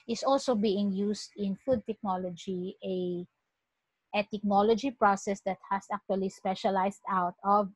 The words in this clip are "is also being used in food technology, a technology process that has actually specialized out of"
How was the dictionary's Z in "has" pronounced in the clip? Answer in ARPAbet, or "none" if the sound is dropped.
S